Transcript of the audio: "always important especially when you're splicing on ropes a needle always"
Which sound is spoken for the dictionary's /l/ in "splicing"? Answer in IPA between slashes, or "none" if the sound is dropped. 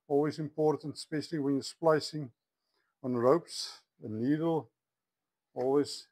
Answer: /l/